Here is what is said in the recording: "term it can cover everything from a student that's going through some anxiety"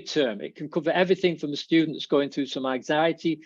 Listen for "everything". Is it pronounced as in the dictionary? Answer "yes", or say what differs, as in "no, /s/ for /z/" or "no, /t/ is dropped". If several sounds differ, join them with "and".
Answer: yes